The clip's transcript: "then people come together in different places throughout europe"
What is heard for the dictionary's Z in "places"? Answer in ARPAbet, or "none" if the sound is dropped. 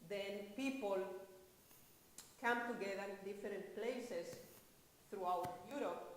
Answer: S